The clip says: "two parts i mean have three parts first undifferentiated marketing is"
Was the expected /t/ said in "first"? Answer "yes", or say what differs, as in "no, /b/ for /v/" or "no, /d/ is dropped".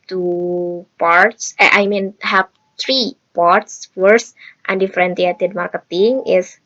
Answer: yes